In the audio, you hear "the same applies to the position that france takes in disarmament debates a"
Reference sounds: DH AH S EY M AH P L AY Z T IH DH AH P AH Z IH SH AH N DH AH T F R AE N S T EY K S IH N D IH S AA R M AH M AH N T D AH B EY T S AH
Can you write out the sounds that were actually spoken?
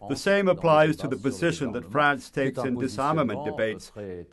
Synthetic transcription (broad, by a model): DH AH S EY M AH P L AY Z T IH DH AH P AH Z IH SH AH N DH AH T F R AE N S T EY K S IH N D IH S AA R M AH M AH N D AH B EY T S